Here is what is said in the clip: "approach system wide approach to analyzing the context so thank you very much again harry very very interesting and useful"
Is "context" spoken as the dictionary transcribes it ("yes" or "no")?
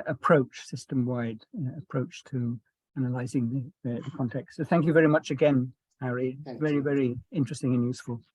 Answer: yes